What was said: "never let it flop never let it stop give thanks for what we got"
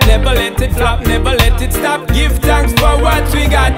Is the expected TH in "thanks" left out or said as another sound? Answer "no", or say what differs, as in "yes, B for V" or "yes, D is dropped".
yes, T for TH